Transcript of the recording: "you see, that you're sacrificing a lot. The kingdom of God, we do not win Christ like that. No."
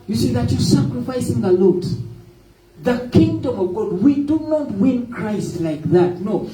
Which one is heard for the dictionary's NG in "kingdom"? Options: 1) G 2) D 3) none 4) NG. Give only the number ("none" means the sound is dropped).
4